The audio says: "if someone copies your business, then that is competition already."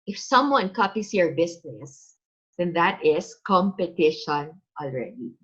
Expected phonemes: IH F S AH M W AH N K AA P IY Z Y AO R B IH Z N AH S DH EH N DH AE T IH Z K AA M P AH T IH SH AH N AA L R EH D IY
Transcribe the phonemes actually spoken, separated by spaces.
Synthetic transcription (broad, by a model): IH F S AH M W AH N K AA P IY S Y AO R B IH S N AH S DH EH N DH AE T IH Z K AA M P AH T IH SH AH N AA L R EH D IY